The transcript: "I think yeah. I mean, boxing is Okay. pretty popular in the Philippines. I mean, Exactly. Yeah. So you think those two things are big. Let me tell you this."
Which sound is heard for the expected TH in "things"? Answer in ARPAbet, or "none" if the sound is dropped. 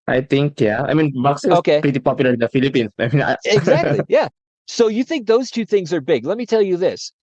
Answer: TH